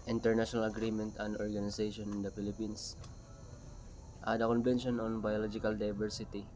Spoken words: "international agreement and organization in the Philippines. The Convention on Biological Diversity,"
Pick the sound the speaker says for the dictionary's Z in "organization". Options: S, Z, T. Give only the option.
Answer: S